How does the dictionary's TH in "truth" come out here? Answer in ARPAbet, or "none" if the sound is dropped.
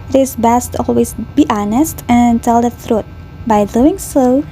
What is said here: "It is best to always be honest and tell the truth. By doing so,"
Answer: T